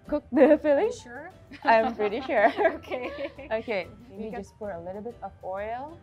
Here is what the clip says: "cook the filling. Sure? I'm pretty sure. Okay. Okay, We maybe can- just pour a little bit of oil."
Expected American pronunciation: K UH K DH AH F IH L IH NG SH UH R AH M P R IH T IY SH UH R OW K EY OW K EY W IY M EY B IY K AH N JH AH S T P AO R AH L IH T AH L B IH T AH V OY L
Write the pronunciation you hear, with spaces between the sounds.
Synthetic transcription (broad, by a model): K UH K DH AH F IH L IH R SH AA AH M P R IH T IY SH UH R OW K EY OW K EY EY IY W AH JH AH S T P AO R AH L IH T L B IH T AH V OY L